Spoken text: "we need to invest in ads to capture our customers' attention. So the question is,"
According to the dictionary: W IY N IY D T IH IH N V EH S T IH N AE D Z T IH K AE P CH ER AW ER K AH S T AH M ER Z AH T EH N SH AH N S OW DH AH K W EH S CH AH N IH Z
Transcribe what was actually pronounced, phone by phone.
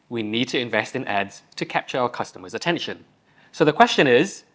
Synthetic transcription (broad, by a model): W IY N IY D T IH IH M V EH S T IH N AE D Z T IH K AE P CH ER AW ER K AH S T AH M ER Z AH T EH N SH AH N S OW DH AH K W EH S CH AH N IH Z